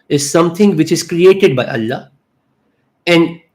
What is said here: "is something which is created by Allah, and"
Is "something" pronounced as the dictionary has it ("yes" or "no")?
no